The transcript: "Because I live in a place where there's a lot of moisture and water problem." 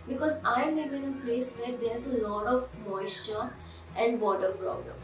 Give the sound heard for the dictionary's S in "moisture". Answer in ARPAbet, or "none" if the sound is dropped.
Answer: S